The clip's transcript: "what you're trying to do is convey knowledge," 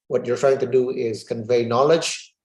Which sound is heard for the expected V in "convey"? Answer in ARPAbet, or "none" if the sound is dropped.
V